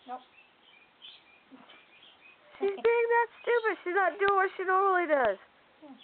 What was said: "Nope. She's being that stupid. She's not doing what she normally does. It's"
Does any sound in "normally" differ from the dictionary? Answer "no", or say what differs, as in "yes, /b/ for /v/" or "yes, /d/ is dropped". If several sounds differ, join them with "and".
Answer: yes, /m/ is dropped